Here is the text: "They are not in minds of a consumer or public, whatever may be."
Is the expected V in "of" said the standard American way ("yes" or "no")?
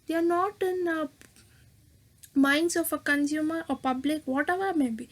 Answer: no